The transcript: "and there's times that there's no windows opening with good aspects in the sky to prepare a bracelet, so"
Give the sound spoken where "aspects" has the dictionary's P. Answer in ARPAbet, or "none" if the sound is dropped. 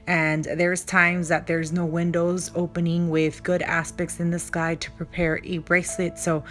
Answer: P